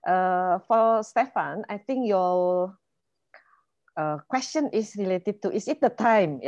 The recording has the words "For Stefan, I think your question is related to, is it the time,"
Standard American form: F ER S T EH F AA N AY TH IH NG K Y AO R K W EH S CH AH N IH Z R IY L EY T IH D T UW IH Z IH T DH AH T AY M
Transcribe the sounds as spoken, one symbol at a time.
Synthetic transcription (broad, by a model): F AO S T EH F AA N AY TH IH NG K Y AO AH K W EH S CH AH N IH S R IY L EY T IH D T UW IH S IH T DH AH T AY M